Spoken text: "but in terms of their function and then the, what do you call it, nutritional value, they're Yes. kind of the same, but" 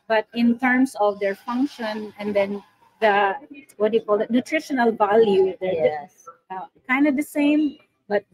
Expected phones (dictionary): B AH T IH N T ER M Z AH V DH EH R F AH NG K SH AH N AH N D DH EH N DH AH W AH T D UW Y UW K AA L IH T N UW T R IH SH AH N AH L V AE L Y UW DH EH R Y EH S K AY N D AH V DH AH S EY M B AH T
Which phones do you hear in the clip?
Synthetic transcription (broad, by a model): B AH T IH N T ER M S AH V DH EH R F AH NG K SH AH N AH N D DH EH N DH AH W AH T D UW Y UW K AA L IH T N UW T R IH SH AH N AH L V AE L Y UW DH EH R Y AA K AY N D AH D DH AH S EY M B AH T